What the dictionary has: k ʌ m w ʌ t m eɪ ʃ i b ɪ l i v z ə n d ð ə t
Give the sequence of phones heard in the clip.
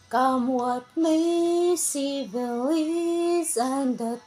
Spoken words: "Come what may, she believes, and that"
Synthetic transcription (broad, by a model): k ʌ m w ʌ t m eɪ s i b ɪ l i z ə n d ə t